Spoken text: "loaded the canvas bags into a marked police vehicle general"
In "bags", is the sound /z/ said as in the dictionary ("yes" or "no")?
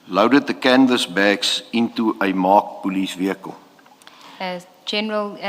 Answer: no